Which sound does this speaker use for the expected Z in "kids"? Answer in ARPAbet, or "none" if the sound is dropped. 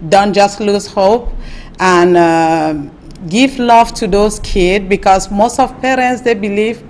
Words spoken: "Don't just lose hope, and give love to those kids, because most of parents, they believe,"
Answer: none